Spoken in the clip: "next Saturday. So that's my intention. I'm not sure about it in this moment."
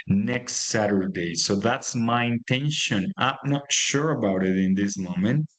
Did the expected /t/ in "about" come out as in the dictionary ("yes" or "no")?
yes